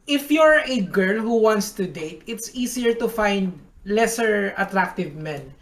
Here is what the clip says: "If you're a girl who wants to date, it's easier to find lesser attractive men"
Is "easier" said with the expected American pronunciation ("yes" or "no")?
no